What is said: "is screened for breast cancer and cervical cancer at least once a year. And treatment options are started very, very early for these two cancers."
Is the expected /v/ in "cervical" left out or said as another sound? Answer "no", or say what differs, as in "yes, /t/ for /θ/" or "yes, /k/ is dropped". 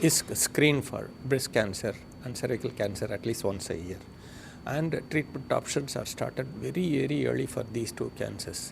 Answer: yes, /v/ is dropped